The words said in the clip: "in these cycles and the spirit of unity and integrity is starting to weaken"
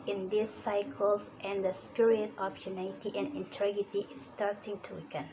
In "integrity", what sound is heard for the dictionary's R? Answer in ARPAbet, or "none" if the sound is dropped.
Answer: none